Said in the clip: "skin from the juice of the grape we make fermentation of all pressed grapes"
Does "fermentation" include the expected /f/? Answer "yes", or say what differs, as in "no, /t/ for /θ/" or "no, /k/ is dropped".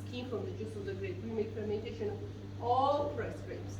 no, /p/ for /f/